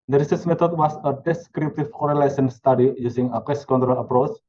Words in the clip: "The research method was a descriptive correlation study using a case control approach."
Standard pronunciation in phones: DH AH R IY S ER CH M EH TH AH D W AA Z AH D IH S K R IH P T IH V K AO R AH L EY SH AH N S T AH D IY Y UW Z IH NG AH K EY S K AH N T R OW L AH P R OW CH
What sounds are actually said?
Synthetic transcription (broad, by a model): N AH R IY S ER S M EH T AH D W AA S AH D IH S K R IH P T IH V K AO R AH L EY S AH N S T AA D IY Y UW S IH NG AH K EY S K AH N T R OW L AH P R OW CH